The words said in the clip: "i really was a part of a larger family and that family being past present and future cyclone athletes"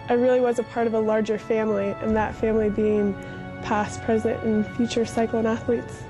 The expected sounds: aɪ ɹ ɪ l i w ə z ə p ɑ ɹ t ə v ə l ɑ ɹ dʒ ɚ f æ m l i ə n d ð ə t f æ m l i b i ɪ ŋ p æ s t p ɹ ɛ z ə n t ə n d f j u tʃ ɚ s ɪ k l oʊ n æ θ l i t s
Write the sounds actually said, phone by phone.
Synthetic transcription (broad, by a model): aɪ ɹ ɪ l i w ə z ə p ɑ ɹ t ə v ə l ɑ ɹ dʒ ɚ f æ m l i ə n ð ə t f æ m l i b i ɪ ŋ p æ s p ɹ ɛ z ə n t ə n f j u tʃ ɚ s ɪ k l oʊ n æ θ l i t s